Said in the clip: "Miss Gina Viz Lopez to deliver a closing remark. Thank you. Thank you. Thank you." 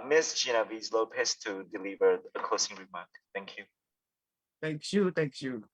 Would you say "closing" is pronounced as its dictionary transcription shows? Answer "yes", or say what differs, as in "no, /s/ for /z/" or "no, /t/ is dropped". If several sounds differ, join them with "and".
no, /s/ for /z/